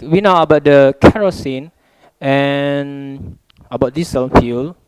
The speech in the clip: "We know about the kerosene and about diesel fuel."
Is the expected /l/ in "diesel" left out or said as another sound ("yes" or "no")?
yes